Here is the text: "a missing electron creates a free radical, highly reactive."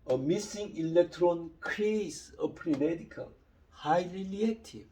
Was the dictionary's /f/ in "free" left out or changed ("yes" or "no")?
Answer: yes